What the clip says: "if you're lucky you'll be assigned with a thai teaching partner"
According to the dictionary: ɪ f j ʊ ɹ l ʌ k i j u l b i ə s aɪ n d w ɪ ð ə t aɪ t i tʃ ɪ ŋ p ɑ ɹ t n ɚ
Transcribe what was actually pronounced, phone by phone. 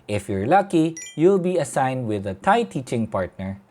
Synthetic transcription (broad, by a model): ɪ f j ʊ ɹ l ʌ k i j u l b i ə s aɪ n d w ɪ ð ə t aɪ t i tʃ ɪ ŋ p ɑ ɹ t n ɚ